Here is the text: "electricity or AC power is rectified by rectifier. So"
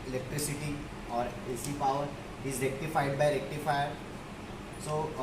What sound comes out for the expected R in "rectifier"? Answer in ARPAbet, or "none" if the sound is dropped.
L